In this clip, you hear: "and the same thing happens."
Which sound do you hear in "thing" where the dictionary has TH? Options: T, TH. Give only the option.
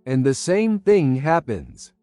TH